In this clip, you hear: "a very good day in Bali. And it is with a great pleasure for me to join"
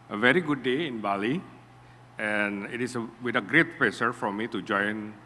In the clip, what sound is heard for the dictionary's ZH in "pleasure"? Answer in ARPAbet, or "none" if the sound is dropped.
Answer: S